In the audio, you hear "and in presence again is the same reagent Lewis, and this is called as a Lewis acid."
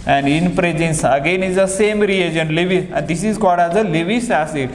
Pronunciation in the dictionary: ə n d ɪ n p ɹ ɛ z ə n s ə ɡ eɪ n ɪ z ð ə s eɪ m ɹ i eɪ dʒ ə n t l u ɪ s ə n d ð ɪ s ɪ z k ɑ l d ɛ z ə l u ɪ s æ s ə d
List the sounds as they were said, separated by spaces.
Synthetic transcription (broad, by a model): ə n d ɪ n p ɹ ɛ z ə n s ə ɡ eɪ n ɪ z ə s eɪ m ɹ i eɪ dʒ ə n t l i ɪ ə n d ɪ s ɪ z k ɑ d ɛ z ə l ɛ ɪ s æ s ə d